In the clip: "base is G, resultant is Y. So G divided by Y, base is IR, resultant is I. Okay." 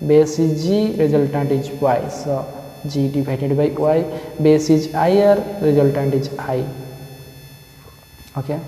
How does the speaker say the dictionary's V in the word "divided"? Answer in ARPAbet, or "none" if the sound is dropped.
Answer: B